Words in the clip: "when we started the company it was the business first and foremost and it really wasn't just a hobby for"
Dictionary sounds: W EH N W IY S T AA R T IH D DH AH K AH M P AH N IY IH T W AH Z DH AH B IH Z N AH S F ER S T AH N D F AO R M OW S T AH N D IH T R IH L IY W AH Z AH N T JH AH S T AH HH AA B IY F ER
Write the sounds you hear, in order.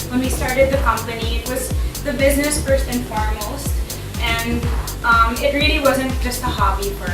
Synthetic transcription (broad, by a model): W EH N W IY S T AA R T IH D DH AH K AH M P AH N IY IH T W AH Z DH AH B IH Z N AH S F ER S T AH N F AO R M OW S T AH N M IH T R IH L IY W AH Z AH N T JH AH S T AH HH AA B IY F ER